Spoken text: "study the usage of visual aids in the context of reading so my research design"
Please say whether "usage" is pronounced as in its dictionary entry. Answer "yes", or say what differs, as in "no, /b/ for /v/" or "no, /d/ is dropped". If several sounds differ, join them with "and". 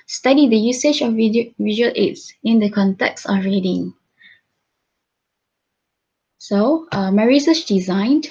yes